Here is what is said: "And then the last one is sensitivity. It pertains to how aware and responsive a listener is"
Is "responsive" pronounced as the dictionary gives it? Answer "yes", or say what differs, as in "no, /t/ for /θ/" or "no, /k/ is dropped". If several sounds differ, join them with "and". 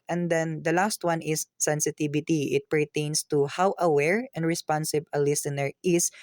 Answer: no, /b/ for /v/